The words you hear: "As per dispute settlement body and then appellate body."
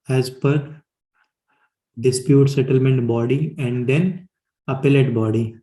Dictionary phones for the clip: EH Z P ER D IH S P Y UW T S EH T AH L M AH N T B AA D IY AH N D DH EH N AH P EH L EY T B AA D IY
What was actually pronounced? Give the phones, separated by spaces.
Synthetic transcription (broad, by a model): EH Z P ER D IH S P Y UW T S EH T AH L M AH N T B AA D IY AH N D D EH N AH P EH L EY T B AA D IY